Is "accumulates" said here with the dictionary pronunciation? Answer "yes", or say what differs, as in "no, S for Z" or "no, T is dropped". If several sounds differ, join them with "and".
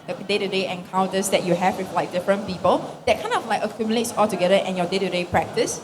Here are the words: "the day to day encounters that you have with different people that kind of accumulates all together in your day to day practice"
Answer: yes